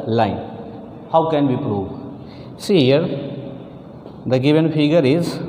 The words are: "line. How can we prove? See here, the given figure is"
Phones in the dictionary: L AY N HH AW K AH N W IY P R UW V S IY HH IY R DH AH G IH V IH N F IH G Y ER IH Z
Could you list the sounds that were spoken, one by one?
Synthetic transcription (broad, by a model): L AY N HH AW K AH N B IY P R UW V S IY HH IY R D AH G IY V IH N P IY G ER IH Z